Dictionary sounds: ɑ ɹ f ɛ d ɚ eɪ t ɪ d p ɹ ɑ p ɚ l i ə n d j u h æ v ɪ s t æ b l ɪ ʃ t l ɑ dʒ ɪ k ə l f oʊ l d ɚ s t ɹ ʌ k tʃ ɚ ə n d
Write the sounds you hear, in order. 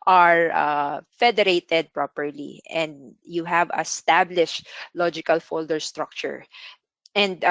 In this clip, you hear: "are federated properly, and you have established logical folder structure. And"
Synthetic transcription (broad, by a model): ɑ ɹ f ɛ d ɚ eɪ t ɪ d p ɹ ɑ p ɚ l i ə n d j u h æ v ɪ s t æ b l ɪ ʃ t l ɑ dʒ ɪ k ə l f oʊ l d ɚ s t ɹ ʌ k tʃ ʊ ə n d